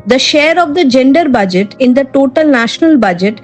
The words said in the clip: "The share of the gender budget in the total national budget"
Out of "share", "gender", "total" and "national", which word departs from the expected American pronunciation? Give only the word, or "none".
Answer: none